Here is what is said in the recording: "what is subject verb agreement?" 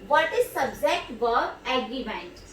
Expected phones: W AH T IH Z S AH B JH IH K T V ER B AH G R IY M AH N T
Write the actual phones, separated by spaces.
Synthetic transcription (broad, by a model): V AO T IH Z S AH B JH IH K T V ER AH G R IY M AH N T